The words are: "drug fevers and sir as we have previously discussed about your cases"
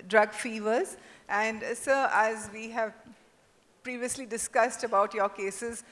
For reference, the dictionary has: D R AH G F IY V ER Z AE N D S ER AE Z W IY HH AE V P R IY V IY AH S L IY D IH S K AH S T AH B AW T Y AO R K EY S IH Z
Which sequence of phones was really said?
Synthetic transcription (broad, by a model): D R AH G F IY V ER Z AE N D S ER AE Z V IY HH AE V P R IY V IY AH S L IY D IH S K AH S T AH B AW T Y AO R K EY S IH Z